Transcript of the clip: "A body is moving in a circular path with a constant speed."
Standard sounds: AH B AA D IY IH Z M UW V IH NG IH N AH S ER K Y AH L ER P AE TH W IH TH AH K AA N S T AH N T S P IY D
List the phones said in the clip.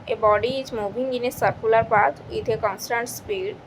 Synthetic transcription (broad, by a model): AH B AA D IY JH M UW B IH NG IH N AH S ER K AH L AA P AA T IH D AH K AA N S T AH N T S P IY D